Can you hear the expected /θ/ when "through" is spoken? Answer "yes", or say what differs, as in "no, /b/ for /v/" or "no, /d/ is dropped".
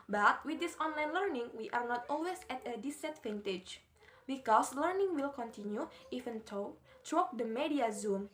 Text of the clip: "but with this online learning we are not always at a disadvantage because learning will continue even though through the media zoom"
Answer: no, /t/ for /θ/